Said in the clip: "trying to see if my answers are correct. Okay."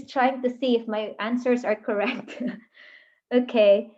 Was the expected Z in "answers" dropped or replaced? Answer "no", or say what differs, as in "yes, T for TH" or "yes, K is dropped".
no